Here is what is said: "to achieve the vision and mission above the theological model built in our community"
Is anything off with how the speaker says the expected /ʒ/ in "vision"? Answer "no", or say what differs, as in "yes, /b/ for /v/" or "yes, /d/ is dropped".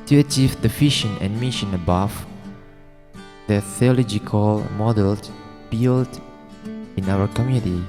yes, /ʃ/ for /ʒ/